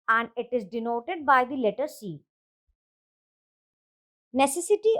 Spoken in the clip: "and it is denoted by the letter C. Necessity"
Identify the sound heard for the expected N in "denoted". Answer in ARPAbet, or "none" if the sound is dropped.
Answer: N